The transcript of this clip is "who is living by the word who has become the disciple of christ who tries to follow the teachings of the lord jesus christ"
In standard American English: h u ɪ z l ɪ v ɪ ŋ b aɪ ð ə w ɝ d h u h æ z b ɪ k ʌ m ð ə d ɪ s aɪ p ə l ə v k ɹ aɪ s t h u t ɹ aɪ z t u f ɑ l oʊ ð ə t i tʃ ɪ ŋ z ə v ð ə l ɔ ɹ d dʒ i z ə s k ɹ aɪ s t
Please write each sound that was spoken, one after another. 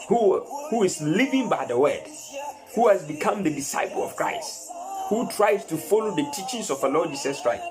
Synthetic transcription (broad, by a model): h u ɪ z l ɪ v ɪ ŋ b aɪ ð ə w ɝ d h u h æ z b ɪ k ʌ m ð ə d ɪ s aɪ p ə l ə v k ɹ aɪ s t h u t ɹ aɪ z t u f ɑ l oʊ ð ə t i tʃ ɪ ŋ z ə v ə l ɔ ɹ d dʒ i s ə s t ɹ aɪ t